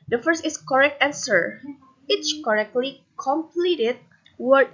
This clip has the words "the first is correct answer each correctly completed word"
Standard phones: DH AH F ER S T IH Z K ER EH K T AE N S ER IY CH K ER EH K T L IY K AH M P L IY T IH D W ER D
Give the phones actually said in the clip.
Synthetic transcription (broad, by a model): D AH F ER S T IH S K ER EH K T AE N S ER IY S K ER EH K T L IY K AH M P L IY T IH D W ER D